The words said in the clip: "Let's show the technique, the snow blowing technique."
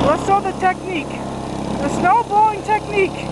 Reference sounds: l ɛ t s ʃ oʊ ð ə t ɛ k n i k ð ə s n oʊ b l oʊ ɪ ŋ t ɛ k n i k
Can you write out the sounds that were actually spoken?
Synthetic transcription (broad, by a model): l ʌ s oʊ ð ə t ɛ k n i k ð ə s n oʊ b oʊ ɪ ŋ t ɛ k n i k